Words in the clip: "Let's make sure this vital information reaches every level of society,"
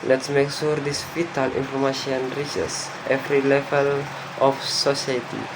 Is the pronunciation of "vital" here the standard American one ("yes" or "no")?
no